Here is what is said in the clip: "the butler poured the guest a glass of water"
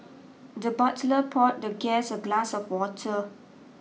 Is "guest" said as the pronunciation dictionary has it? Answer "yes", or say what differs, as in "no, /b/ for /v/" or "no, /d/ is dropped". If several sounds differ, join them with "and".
no, /t/ is dropped